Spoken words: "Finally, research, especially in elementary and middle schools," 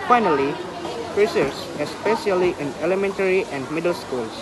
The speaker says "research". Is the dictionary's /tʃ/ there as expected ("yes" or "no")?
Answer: no